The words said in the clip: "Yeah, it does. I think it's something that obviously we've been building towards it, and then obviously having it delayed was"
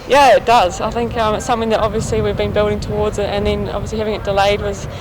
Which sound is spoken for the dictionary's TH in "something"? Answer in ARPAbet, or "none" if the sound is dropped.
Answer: TH